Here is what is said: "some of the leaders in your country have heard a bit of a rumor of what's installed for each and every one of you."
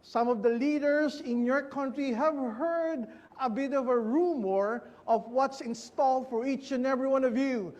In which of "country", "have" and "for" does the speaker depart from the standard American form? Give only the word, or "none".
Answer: none